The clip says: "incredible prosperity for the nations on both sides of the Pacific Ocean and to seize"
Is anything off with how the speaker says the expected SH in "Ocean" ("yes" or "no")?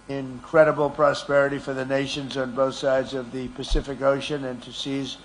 no